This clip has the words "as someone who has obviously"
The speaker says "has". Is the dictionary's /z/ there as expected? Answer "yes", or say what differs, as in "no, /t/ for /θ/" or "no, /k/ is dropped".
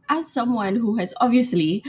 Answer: yes